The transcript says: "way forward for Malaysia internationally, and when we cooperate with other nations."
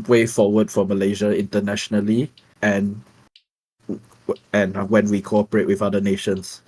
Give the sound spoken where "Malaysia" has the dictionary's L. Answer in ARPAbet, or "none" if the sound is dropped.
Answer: L